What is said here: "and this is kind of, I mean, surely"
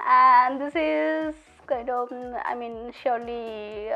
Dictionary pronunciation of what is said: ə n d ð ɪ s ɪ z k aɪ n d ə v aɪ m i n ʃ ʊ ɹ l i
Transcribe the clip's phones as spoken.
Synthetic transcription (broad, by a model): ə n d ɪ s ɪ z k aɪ d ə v aɪ m i n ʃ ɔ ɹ l i